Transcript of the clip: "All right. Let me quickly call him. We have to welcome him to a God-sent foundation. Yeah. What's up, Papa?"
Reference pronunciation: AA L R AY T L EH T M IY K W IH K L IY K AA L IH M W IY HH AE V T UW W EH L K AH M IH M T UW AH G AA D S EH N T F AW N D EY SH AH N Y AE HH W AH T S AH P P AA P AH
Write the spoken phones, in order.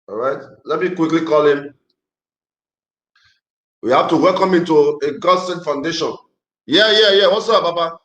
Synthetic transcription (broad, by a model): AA R AY T L EH T M IY K W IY K L IY K AA L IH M W IY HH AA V T UW W EH L K AH M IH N T UW AH G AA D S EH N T F AW N D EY SH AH N Y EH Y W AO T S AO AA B AA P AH